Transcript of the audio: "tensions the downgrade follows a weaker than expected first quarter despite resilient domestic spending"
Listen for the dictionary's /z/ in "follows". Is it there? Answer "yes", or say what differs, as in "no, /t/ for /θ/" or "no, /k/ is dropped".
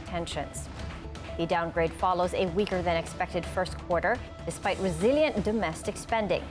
yes